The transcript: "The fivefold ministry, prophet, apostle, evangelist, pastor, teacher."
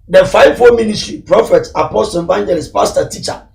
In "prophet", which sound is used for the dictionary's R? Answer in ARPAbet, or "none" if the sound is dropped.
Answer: R